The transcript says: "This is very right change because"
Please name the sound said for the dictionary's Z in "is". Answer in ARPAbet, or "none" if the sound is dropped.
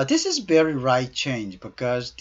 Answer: Z